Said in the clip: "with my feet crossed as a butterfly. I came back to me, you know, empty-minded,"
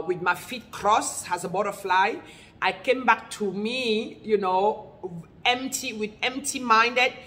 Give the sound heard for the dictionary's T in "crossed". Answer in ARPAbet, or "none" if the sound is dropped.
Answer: none